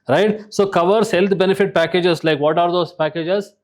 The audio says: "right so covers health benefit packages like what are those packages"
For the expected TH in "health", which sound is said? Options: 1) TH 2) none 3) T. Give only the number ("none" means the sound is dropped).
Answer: 3